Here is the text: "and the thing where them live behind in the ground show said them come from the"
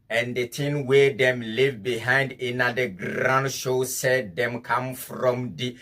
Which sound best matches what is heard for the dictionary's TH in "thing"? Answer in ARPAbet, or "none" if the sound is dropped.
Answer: T